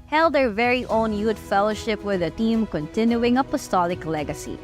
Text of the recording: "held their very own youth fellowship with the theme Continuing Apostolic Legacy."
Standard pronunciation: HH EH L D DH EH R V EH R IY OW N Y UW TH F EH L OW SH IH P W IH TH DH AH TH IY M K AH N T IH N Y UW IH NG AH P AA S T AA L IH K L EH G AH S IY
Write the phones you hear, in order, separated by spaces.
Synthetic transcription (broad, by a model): HH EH L D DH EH R V EH R IY OW N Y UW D F EH L OW SH IH P W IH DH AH T IY M K AH N T IH N Y UW IH NG AH P AA S T AA L IH K L EH G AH S IY